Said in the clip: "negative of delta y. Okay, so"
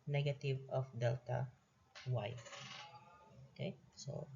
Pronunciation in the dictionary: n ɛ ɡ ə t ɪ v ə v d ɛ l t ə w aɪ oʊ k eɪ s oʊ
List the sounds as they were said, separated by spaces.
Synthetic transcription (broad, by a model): n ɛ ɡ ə t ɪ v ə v d ɛ l t ə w aɪ oʊ k eɪ s oʊ